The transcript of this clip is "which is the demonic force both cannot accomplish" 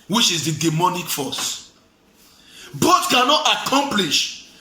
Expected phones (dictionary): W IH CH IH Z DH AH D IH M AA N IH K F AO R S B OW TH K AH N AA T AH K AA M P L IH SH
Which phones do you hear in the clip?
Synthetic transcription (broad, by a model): W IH CH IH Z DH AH D IH M AA N IH K F AO S B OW T K AH N AA T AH K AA M P L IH SH